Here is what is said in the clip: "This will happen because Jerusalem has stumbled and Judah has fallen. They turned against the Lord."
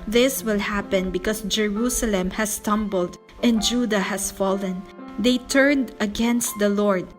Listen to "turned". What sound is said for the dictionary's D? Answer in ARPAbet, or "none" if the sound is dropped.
D